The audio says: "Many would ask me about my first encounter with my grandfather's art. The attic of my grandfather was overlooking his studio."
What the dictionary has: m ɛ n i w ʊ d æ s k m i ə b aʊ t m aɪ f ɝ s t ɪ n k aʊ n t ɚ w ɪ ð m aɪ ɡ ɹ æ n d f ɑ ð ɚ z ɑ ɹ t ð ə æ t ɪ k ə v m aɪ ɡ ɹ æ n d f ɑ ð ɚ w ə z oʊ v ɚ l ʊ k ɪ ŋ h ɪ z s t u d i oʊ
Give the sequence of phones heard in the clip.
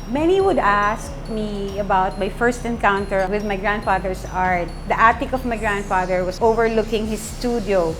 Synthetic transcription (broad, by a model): m ɛ n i w ʊ d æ s k m i ə b aʊ t m aɪ f ɝ s t ɪ n k aʊ n t ɚ w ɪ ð m aɪ ɡ ɹ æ n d f ɑ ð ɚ s ɑ ɹ t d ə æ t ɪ k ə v m aɪ ɡ ɹ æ n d f ɑ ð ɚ w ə s oʊ v ɚ l ʊ k ɪ ŋ h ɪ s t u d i oʊ